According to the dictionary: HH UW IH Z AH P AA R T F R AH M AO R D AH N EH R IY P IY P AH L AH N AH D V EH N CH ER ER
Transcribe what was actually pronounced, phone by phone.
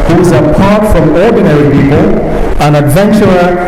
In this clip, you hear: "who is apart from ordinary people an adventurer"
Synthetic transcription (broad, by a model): HH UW IH Z AH P AA R T F R AH M AO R D N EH R IY P IY P AH L AH N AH D V EH N CH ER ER